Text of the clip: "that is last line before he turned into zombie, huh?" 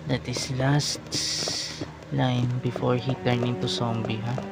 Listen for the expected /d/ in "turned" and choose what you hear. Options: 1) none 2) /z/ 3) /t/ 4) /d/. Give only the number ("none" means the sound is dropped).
1